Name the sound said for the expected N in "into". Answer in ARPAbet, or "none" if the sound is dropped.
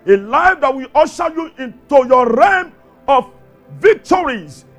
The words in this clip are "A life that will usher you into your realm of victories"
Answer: N